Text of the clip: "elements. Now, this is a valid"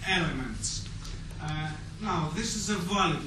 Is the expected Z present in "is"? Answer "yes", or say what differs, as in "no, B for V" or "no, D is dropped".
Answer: yes